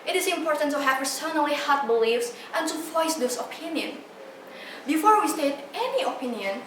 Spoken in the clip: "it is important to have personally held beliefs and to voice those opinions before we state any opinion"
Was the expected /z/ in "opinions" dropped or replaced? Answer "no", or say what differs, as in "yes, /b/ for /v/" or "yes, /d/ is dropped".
yes, /z/ is dropped